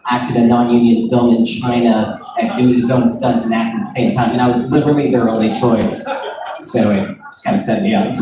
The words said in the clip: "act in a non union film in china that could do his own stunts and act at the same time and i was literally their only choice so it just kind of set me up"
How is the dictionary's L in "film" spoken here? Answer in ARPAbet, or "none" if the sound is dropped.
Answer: L